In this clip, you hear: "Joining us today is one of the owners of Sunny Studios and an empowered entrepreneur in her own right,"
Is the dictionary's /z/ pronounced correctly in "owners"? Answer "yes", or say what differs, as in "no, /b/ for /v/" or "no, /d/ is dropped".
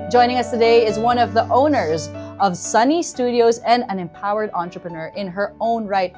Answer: yes